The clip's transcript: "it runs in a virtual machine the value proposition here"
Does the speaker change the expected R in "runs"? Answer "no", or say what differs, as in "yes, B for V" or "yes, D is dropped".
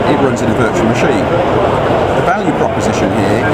no